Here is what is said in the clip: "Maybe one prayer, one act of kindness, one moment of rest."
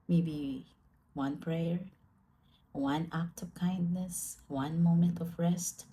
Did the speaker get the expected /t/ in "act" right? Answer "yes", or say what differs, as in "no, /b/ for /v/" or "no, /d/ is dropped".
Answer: yes